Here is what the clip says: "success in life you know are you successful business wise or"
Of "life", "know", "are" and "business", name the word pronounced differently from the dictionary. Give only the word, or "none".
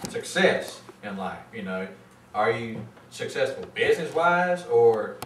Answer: none